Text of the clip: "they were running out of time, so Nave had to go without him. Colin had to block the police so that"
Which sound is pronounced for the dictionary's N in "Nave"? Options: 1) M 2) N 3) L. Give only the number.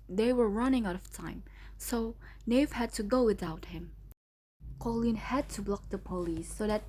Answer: 2